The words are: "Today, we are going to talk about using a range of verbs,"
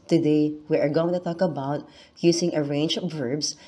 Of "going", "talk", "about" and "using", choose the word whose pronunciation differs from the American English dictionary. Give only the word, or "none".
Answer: using